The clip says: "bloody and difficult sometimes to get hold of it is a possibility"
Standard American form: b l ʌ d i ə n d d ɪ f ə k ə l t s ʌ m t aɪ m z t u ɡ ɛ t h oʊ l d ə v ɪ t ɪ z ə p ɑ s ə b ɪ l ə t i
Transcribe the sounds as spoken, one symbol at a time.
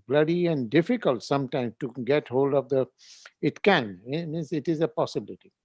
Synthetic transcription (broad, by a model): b l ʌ d i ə n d d ɪ f ə k ə l t s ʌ m t aɪ m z t u ɡ ɛ t h oʊ l d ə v ɪ t ɪ z ə p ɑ s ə b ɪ l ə t i